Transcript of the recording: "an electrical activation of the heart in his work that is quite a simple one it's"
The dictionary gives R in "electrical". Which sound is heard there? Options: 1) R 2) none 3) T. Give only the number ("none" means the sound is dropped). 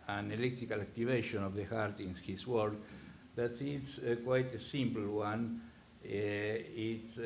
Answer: 2